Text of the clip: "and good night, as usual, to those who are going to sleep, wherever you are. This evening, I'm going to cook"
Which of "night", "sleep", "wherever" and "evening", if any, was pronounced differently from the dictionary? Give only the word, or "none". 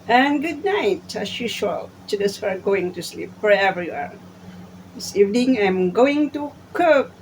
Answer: wherever